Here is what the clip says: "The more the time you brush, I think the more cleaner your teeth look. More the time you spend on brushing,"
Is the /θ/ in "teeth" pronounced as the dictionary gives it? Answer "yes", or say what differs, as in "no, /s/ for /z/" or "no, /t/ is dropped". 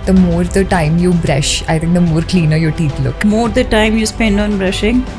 no, /t/ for /θ/